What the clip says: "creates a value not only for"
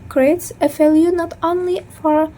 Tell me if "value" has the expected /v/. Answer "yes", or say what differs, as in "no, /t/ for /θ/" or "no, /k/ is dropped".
no, /f/ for /v/